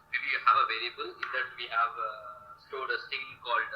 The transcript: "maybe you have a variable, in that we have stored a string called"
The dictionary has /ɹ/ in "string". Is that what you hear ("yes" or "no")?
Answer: no